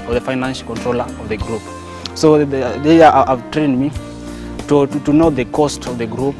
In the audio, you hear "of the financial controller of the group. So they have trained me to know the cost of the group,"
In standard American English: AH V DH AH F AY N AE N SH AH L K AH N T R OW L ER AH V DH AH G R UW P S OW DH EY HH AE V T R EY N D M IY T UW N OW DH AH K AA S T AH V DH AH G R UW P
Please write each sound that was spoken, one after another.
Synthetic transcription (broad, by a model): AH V DH AH F AY N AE N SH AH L K AH N T R OW L ER AH V DH AH G R UW P S OW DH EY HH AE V T R EY N D M IY T UW N OW DH AH K AA S T AH V DH AH G R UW P